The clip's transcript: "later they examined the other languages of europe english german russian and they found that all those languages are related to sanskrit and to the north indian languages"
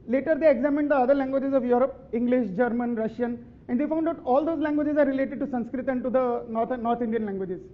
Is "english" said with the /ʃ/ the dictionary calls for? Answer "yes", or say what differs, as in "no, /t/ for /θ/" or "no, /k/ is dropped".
yes